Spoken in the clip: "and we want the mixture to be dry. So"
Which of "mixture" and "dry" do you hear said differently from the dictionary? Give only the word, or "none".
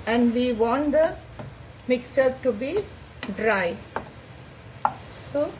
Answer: none